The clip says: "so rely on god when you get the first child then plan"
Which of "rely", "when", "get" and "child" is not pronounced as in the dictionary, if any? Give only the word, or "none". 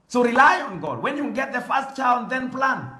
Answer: child